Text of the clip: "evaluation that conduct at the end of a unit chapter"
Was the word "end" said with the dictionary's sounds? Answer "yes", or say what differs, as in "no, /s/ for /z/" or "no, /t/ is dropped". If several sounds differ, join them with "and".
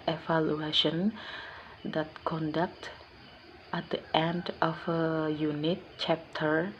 yes